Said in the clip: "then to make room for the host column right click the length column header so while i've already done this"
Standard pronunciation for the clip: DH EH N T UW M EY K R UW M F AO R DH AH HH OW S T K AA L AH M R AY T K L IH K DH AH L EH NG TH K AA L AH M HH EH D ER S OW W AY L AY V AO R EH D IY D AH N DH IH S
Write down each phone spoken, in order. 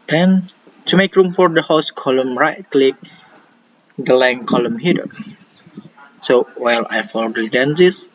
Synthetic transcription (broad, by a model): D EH N T UW M EY K R UW M F AO R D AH HH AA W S K AA L AH M R AY T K L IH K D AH L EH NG K AA L AH M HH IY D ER S OW W AY L AY F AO L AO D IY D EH N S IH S